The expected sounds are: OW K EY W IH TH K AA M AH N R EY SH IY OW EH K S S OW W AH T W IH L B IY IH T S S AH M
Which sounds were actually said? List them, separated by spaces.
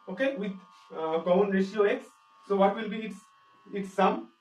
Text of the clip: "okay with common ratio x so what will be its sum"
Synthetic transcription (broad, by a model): OW K EY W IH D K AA AH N R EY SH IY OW EH K S S OW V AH T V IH L B IY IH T S S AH M